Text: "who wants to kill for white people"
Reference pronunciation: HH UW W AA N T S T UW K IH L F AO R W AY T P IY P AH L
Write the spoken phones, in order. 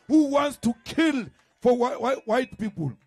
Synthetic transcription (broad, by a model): HH UW W AA N T S T UW K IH L F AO W W AY T P IY P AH L